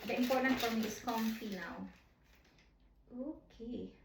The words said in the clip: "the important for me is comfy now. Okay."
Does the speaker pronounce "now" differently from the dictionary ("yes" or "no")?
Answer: yes